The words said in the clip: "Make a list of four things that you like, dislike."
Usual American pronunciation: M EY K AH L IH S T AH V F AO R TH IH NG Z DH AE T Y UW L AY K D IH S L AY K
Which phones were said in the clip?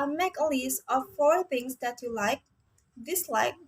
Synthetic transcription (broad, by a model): M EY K AH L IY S AH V F AO R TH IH NG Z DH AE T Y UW L AY K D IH S L AY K